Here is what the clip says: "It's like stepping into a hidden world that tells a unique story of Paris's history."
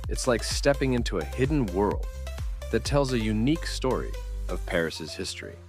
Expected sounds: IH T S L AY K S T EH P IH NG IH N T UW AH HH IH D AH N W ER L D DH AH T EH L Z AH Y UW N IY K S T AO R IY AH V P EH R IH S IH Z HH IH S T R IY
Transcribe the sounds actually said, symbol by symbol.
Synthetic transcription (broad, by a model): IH T S L AY K S T EH P IH NG IH N T UW AH HH IH D N W ER L D DH AH T EH L Z AH Y UW N IY K S T AO R IY AH V P EH R IH S IH Z HH IH S T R IY